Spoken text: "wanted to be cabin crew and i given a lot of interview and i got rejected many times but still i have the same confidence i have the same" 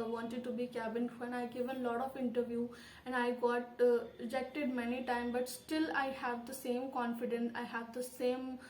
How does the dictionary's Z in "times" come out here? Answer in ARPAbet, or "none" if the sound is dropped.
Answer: none